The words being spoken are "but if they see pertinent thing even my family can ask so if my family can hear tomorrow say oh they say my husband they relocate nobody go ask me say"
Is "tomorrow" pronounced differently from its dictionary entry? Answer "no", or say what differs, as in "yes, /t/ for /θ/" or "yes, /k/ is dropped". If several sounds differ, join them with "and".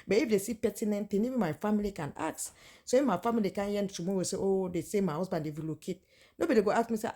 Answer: yes, /w/ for /ɹ/